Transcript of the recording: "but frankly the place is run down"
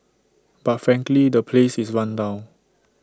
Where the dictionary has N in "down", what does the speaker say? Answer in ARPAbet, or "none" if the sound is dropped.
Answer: none